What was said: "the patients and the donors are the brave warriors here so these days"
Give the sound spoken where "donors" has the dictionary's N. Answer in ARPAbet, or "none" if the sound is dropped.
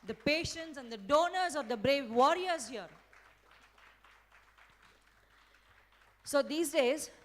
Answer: N